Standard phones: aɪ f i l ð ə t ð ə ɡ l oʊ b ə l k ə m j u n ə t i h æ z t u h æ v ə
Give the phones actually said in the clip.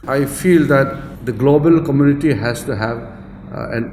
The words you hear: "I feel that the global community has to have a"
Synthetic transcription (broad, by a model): aɪ f i l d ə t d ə ɡ l oʊ b ə l k ə m j u n ə t i h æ s t u h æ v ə